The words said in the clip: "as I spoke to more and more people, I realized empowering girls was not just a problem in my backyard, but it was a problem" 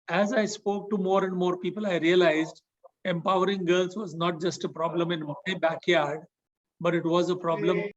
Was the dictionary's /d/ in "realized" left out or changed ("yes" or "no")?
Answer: no